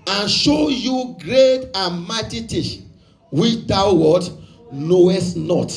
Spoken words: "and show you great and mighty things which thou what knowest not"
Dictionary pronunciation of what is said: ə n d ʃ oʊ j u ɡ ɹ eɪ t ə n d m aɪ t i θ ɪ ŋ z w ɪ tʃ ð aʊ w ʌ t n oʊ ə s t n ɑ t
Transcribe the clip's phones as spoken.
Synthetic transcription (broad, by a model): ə n ʃ oʊ j u ɡ ɹ eɪ t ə n m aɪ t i t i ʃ w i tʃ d aʊ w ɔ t n oʊ ə s t n ɑ t